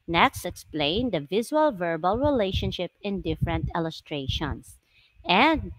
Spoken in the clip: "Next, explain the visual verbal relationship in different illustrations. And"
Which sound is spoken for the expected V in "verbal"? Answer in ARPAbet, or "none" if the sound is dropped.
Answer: V